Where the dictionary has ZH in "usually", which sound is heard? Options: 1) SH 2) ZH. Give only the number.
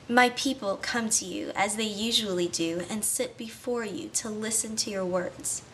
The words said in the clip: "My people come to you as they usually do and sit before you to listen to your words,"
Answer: 2